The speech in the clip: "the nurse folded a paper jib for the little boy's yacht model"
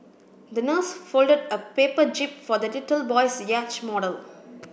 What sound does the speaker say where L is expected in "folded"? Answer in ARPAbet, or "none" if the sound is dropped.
L